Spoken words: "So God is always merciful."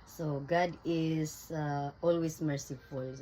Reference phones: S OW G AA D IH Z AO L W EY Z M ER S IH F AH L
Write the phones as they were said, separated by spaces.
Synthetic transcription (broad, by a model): S OW G AA D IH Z AO L W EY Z M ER S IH F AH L